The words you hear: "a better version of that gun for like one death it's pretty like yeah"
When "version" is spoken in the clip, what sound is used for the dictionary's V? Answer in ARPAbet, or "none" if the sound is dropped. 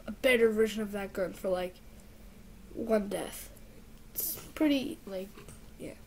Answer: V